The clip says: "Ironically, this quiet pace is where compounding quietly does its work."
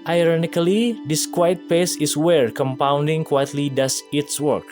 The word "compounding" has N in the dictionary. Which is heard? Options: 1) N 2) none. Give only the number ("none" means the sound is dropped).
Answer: 1